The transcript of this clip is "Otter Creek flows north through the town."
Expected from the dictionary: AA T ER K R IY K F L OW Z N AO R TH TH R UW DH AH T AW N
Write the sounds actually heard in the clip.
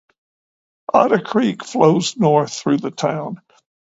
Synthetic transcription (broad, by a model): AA T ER K R IY K F L OW Z N AO R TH TH R UW DH AH T AW N